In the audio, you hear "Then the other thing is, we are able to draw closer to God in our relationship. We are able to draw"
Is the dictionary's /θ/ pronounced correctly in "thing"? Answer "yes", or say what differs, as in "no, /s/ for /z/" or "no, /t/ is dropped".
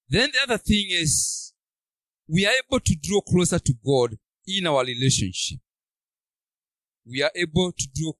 yes